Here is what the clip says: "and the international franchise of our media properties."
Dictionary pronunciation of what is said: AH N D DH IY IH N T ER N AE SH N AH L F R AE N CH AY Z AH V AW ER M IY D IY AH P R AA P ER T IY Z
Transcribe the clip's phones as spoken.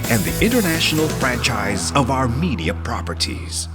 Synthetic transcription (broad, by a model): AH N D DH IY IH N T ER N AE SH N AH L F R AE N CH AY Z AH V AW ER M IY D IY AH P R AA P ER T IY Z